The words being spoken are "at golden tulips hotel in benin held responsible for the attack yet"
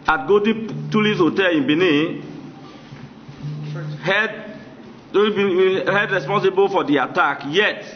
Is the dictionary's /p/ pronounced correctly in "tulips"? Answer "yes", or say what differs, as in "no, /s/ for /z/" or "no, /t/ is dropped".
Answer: no, /p/ is dropped